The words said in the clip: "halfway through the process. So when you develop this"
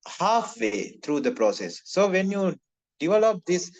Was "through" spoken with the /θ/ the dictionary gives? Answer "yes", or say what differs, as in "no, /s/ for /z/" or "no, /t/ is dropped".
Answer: no, /t/ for /θ/